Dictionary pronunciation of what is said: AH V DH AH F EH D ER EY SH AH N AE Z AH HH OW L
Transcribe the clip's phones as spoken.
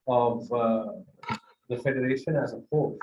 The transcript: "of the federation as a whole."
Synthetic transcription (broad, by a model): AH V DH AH F EH D ER EY SH AH N AE Z AH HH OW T